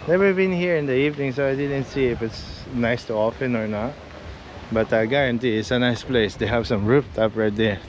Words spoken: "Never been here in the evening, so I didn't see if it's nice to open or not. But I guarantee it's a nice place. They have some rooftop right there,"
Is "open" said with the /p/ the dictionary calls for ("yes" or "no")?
no